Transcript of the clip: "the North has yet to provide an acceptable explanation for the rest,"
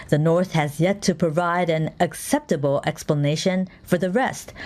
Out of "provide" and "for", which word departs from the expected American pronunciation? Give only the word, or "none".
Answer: none